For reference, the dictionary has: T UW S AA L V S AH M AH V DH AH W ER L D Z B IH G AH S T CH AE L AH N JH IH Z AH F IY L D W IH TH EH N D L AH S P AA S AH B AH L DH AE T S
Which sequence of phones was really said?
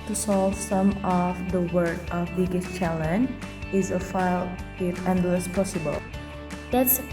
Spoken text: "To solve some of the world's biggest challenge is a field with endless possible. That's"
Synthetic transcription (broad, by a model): T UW S AA L V S AH M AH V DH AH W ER D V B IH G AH S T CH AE L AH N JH IH Z AH F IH L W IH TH EH N D L AH S P AA S AH B AH L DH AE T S